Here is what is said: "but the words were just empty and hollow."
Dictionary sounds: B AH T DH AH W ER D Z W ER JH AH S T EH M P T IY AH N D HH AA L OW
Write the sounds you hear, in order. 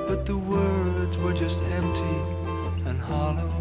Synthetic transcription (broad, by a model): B AH T DH AH W ER D Z W ER JH AH S T EH M P T IY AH N HH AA L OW